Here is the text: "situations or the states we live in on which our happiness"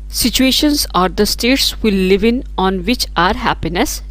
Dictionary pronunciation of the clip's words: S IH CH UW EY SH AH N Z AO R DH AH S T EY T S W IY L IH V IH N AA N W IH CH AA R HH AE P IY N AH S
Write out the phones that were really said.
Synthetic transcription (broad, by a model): S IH CH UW EY SH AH N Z AO R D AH S T EY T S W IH L IH V IH N AA N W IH CH AA R HH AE P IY N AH S